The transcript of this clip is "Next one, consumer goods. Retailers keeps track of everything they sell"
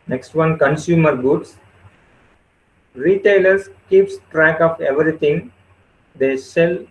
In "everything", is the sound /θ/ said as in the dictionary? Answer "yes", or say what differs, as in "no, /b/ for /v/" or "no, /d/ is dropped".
no, /t/ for /θ/